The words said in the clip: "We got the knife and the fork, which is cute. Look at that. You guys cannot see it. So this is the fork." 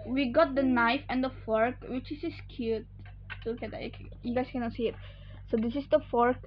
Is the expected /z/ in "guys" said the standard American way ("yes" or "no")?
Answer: no